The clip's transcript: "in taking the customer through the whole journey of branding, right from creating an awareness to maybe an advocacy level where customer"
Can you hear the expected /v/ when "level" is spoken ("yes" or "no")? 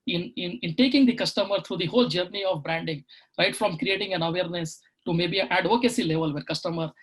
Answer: yes